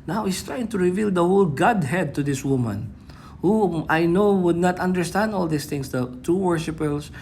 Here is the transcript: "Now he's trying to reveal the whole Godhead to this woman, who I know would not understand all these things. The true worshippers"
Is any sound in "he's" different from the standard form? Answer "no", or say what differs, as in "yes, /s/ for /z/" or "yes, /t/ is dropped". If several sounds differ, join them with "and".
yes, /s/ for /z/